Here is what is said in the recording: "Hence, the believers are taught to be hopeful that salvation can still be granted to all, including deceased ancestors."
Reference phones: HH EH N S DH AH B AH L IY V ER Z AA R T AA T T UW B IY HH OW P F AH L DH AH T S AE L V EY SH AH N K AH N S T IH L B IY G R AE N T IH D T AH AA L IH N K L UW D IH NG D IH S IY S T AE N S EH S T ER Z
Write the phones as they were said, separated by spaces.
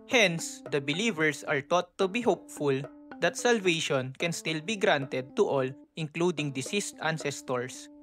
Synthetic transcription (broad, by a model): HH EH N S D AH B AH L IY V ER S AA R T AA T T UW B IY HH OW P F AH L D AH T S AE L V EY SH AH N K AH N S T IH L B IY G R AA N T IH D T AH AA L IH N K L UW D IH NG D IH S IY S T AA N S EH S T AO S